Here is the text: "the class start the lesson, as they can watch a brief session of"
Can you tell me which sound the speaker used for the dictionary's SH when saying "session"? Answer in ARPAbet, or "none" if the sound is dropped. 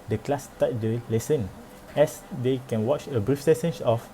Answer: S